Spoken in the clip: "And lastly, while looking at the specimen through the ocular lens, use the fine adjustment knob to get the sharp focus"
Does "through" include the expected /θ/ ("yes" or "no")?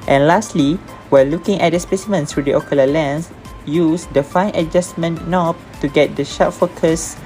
no